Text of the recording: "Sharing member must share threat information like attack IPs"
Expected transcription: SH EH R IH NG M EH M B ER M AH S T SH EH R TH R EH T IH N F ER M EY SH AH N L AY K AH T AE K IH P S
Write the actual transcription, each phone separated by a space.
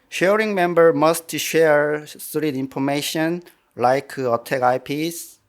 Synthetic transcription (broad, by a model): SH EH R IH NG M EH M B ER M AH S T SH EH R S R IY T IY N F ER M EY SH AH N L AY K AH T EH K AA P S